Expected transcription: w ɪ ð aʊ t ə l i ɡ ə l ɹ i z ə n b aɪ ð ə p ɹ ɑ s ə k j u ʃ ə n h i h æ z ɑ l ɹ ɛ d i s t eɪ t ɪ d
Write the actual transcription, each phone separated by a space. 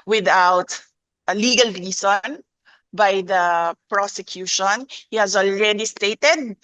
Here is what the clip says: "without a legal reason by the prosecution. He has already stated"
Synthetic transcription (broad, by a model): w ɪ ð aʊ t ə l i ɡ ə l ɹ i s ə n b aɪ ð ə p ɹ ɑ s ə k j u ʃ ə n h i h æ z ɑ l ɹ ɛ d i s t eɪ t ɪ d